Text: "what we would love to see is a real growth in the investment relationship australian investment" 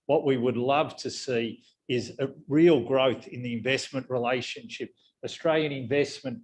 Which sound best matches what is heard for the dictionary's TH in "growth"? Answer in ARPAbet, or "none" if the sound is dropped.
TH